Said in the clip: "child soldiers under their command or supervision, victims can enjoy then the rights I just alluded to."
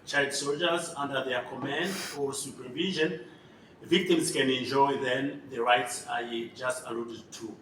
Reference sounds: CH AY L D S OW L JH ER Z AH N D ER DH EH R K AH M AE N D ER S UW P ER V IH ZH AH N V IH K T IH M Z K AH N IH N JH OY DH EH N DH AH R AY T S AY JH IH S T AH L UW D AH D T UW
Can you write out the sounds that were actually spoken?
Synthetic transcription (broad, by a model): CH AY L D S OW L JH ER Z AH N D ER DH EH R K AH M AE N D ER S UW P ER V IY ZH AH N V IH K T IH M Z K AH N IH N JH OY DH EH N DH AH R AY T S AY JH IH S T AH L UW D AH D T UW